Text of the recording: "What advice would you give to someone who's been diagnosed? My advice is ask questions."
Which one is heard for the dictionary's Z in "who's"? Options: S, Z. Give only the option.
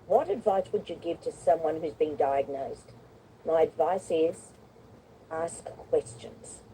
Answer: Z